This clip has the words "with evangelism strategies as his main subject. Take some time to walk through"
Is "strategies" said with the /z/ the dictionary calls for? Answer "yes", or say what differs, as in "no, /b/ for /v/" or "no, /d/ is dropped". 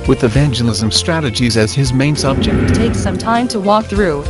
yes